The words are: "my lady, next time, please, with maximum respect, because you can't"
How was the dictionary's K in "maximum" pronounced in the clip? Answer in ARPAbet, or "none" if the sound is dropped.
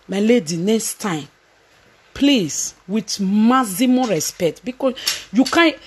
none